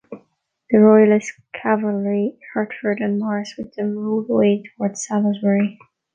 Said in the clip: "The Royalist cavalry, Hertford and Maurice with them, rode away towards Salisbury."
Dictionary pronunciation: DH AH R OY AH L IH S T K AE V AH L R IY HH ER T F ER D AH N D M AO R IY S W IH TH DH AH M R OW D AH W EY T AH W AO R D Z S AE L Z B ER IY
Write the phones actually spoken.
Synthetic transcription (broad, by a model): DH AH R OY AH L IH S K AE V AH L R IY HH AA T F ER D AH N M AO R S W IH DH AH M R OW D AH W EY T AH W AO R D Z S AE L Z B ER IY